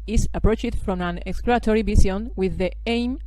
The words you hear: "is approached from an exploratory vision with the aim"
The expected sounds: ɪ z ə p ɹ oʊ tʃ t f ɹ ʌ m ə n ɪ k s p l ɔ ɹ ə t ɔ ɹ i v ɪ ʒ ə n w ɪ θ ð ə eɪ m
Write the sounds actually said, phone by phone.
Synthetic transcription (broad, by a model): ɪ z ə p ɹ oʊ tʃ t f ɹ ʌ m ə n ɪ k s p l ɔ ə t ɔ ɹ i b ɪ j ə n w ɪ ð ə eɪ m